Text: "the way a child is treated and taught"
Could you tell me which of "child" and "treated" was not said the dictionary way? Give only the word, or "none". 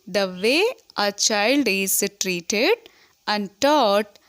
none